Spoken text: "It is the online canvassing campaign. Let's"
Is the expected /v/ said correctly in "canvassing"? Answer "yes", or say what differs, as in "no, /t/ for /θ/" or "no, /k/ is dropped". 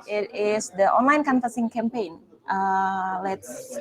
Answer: no, /f/ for /v/